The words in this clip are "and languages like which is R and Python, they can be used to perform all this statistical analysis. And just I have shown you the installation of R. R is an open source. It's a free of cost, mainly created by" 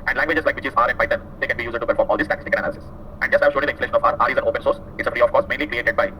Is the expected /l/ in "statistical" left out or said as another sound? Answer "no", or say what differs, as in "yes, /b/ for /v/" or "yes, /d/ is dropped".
yes, /n/ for /l/